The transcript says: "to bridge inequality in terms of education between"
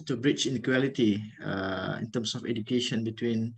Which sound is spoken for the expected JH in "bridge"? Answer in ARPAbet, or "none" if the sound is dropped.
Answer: CH